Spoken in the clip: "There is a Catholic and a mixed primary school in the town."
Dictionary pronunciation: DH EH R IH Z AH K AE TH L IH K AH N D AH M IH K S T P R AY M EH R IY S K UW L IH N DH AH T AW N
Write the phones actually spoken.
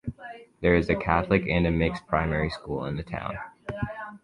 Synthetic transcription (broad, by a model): DH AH R IH Z AH K AE TH L IH K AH N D AH M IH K S P R AY M EH R IY S K UW L IH N DH AH T AW N